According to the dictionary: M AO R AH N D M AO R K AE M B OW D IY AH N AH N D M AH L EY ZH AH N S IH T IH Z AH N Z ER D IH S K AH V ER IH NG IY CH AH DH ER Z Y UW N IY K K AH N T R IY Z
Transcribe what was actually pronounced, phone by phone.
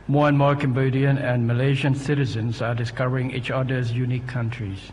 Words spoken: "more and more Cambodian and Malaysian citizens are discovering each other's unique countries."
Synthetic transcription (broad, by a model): M AO R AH N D M AO R K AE M B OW D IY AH N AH N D M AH L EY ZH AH N S IH T IH Z AH N Z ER D IH S K AH V ER IH NG IY CH AH DH ER Z Y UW N IY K K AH N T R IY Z